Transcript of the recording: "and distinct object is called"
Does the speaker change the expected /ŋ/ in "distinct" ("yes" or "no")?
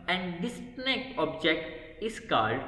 yes